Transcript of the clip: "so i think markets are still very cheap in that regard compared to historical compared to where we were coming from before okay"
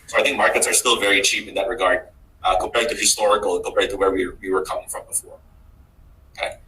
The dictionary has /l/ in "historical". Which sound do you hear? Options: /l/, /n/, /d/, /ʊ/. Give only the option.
/n/